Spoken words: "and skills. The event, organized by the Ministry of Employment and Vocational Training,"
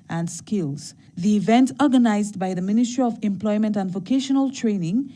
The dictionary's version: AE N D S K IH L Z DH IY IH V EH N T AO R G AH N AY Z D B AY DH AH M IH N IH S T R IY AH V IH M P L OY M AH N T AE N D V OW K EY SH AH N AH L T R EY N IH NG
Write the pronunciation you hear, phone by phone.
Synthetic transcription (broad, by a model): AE N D S K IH L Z DH IY IH V EH N T AO R G AH N AY Z D B AY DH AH M IH N IH S T R IY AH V IH M P L OY M AH N T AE N D V OW K EY SH AH N AH L T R EY N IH NG